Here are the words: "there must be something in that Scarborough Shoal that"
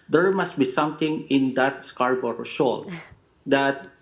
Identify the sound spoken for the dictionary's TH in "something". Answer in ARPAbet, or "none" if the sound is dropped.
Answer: T